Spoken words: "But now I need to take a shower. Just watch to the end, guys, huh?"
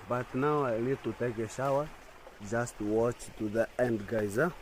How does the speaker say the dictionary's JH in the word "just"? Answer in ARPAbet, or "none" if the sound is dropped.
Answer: JH